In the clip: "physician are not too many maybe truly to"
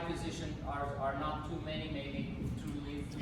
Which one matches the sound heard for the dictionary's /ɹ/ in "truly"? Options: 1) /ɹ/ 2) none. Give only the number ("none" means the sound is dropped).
2